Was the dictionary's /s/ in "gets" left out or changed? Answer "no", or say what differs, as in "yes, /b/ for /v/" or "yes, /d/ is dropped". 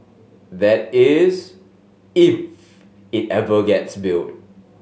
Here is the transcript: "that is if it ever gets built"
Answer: no